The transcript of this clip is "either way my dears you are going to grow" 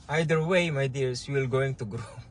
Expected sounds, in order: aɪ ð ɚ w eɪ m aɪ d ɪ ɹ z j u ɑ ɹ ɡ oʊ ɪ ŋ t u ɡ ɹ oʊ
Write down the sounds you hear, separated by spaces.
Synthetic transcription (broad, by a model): aɪ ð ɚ w eɪ m aɪ d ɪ ɹ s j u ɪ l ɡ oʊ ɪ ŋ t u ɡ ɹ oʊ